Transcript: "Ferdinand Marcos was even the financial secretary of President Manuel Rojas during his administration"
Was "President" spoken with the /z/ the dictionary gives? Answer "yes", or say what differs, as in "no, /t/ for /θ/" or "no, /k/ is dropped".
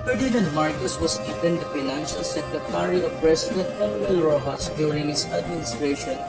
no, /s/ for /z/